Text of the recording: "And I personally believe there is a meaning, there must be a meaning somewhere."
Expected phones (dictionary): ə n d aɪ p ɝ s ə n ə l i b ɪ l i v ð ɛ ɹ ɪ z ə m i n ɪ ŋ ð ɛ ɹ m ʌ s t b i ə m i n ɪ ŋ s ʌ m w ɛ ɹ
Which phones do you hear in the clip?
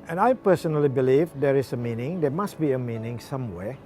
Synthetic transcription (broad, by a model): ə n aɪ p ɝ s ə n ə l i b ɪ l i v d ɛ ɹ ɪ s ə m i n ɪ ŋ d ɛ m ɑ s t b i ə m i n ɪ ŋ s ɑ m w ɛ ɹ